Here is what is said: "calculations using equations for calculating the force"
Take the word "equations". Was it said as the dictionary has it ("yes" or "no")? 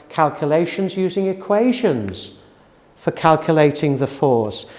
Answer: yes